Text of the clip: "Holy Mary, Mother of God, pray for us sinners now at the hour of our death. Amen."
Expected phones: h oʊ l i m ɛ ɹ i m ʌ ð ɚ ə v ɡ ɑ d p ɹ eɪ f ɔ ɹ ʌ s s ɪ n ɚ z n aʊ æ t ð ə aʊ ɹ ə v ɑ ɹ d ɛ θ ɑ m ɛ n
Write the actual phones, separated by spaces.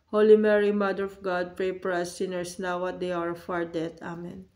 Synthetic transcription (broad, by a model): h oʊ l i m ɛ ɹ i m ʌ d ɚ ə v ɡ ɑ d p ɹ eɪ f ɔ ɹ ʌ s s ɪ n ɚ s n aʊ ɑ t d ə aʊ ɹ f ɑ ɹ d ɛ t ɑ m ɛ n